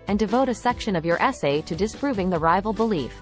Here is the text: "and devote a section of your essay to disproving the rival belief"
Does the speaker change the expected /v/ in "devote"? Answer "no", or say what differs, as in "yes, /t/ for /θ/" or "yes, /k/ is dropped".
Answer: no